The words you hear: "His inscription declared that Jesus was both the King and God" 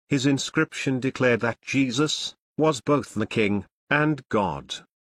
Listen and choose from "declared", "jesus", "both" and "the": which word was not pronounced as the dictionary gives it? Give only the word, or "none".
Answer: none